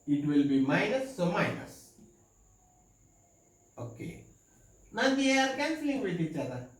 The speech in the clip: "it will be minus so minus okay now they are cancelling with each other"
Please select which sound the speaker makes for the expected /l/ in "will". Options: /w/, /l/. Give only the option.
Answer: /l/